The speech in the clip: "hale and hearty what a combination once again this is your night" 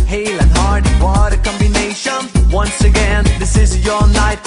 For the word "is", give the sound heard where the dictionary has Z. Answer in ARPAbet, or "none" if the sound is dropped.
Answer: Z